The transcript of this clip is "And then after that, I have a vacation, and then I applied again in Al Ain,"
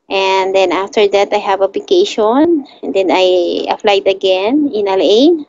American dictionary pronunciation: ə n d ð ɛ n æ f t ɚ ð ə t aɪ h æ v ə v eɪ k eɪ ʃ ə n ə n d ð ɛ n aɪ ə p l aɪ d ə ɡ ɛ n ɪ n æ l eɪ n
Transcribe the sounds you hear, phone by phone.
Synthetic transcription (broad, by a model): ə n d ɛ n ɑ f t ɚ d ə t aɪ h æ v ə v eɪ k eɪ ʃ ə n d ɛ n aɪ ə f l aɪ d ə ɡ ɛ n ɪ n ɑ l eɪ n